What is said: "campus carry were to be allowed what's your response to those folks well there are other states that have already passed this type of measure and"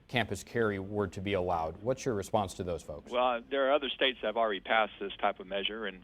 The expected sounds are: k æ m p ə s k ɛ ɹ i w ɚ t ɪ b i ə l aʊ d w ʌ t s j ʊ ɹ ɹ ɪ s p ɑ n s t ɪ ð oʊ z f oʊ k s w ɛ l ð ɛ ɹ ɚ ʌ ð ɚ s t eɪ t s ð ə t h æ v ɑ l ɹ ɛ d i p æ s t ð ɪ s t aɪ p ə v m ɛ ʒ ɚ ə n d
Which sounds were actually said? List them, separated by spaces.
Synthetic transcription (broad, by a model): k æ m p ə s k ɛ ɹ i w ɚ t ɪ b i ə l aʊ d w ʌ t s j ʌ ɹ ɹ ɪ s p ɑ n s t ɪ ð oʊ z f oʊ k s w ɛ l ð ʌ ɹ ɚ ʌ ð ɚ s t eɪ t s ð ə t h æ v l ɹ ɛ d i p æ s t ð ɪ s t aɪ p ə v m ɛ ʒ ɚ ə n